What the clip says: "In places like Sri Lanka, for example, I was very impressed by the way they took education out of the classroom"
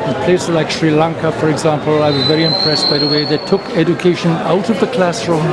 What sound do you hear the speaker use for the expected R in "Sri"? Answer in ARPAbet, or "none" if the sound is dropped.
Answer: R